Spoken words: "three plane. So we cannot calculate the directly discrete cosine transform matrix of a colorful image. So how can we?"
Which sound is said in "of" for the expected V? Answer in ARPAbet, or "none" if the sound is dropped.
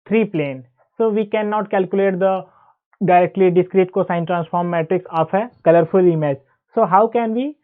P